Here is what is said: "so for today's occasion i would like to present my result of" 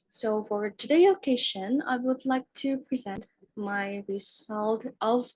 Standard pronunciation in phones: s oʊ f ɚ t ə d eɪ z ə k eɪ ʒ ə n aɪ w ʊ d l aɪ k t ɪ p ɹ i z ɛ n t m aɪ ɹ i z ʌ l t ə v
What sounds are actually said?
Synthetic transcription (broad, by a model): s oʊ f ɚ t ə d eɪ ə k eɪ ʃ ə n aɪ w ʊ d l aɪ k t ɪ p ɹ i z ɛ n t m aɪ ɹ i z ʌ l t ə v